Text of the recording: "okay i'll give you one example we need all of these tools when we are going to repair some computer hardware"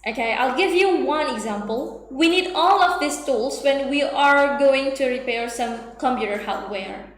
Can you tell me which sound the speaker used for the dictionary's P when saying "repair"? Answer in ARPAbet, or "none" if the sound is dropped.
P